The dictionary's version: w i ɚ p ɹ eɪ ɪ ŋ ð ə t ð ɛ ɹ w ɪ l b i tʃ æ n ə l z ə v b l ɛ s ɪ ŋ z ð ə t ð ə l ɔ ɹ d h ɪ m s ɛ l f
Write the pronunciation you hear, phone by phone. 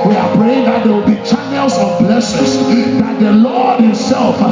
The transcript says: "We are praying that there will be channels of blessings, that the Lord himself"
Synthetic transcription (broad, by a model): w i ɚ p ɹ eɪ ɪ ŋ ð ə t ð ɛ w ɪ l b i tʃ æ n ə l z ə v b l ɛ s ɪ z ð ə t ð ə l ɔ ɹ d h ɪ m s ɛ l f